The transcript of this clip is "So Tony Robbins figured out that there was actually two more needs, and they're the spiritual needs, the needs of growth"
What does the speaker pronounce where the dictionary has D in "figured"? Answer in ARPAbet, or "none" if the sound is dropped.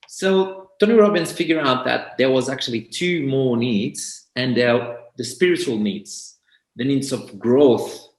none